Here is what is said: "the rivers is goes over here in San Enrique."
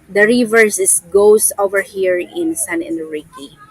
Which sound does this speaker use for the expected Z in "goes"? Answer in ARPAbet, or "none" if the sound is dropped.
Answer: S